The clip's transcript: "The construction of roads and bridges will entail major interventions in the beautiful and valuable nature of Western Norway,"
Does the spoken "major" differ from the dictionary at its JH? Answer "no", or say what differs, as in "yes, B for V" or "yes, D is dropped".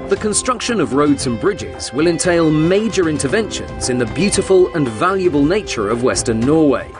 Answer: no